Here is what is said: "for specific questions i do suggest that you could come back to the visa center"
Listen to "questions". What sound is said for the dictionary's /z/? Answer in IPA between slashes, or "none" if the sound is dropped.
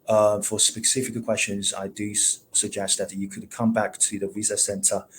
/z/